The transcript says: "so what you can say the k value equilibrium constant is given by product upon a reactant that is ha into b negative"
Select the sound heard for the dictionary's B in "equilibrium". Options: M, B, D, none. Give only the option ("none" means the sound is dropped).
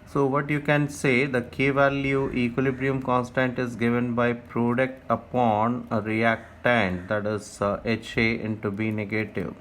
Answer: B